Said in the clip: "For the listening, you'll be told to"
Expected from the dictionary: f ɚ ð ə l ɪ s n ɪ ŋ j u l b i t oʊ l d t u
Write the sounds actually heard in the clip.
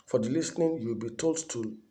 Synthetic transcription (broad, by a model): f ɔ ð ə l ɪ s n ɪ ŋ j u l b i t oʊ l d t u